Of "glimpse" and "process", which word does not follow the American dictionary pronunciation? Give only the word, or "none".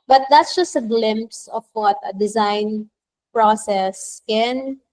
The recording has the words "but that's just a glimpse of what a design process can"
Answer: none